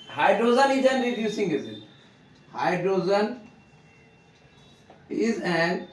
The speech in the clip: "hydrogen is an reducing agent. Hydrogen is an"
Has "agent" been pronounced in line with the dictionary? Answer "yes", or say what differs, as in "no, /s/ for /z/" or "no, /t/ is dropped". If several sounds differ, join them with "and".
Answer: no, /z/ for /dʒ/